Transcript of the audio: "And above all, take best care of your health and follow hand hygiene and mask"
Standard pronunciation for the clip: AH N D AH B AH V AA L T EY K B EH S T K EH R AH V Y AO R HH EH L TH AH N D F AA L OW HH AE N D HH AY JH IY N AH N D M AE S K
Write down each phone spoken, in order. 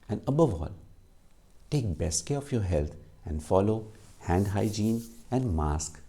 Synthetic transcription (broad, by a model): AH N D AH B AH V AA L T EY K B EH S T K EH R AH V Y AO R HH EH L T AH N D F AA L OW HH AE N D HH AY JH IY N AH N D M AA S K